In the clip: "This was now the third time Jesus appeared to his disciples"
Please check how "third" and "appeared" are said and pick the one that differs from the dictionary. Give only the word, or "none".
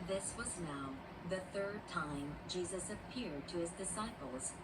none